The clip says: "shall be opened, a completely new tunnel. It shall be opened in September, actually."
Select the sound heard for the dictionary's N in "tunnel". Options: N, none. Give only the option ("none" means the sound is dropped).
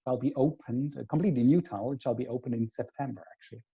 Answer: none